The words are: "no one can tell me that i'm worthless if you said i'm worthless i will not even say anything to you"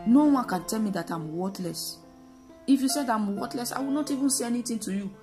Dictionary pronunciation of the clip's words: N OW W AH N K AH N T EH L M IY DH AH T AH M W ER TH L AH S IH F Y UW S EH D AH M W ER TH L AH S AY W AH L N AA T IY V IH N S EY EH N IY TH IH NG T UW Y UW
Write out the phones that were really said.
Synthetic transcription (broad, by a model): N OW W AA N K AH N T EH L M IY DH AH T AH M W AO T L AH S IH F Y UW S EH D AH M W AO T L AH S AY W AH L N AA T IY V IH N S EY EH N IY T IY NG T UW Y UW